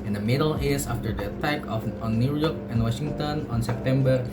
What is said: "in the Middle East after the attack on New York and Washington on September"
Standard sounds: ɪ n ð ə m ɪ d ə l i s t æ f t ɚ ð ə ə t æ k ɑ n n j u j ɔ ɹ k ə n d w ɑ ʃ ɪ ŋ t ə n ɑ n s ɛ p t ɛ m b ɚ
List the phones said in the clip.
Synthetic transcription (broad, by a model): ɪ n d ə m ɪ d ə l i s ɑ f t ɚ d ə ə t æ k ɑ n n j u j ɔ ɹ k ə n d w ɑ ʃ ɪ ŋ t ə n ɑ n s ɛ p t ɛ m b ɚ